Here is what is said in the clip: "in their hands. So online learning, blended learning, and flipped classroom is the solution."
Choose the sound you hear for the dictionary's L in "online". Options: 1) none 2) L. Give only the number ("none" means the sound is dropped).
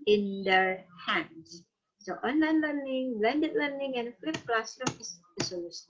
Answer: 2